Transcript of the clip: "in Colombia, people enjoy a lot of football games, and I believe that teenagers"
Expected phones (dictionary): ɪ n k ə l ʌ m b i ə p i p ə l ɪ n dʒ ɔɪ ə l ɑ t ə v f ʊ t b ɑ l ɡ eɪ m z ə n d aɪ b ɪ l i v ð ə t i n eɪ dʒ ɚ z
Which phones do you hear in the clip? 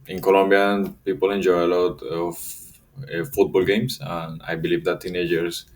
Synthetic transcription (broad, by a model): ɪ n k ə l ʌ m b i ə p i p ə l ɪ n dʒ ɔɪ ə l ɑ t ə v f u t b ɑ l ɡ eɪ m s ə n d aɪ b ɪ l i v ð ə t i n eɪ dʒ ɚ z